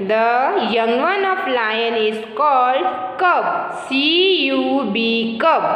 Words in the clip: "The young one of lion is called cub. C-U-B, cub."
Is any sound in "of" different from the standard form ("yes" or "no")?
yes